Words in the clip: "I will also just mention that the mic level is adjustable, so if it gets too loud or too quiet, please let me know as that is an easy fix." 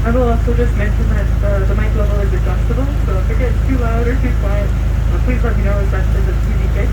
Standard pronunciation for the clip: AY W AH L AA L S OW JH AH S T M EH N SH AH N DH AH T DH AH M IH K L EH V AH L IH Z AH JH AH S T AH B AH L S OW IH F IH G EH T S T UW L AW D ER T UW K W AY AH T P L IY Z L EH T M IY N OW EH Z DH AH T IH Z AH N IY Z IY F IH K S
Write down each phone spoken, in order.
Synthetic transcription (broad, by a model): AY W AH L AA S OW JH AH S T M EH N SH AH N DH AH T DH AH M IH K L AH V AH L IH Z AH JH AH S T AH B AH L S OW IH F IH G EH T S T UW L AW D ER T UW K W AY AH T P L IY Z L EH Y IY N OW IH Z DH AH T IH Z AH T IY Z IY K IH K